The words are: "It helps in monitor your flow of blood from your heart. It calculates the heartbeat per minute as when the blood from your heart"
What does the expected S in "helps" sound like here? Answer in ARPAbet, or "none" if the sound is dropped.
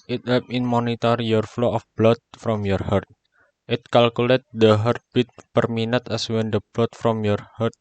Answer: none